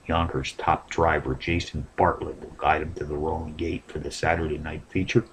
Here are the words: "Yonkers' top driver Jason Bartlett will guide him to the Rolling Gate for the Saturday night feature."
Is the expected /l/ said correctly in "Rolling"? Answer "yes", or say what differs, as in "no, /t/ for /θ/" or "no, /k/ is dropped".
no, /l/ is dropped